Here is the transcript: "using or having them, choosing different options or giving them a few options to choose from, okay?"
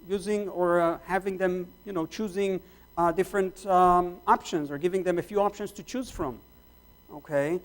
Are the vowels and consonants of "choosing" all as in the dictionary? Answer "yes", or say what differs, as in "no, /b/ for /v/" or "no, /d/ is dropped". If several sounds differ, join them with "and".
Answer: yes